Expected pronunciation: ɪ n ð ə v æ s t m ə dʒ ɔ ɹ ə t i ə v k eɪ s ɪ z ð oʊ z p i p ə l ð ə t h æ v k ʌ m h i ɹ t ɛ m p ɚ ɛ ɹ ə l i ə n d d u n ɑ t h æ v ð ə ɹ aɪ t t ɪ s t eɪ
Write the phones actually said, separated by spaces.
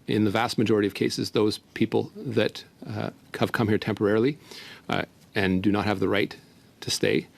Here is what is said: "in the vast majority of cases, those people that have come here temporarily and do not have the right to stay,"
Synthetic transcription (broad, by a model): ɪ n ð ə v æ s t m ə dʒ ɔ ɹ ə t i ə v k eɪ s ɪ z ð oʊ z p i p l ð ə t h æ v k ʌ m h i ɹ t ɛ m p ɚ ɛ ɹ l i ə n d d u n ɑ t h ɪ v ð ə ɹ aɪ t t ɪ s t eɪ